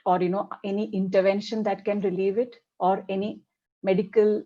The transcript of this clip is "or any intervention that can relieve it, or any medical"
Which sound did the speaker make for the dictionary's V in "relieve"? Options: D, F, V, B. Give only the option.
V